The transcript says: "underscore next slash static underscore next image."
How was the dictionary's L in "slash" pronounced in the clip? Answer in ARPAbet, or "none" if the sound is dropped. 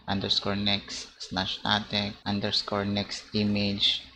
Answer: N